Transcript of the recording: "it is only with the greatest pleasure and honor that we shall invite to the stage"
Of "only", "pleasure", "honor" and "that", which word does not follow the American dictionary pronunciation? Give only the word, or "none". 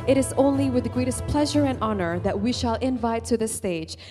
none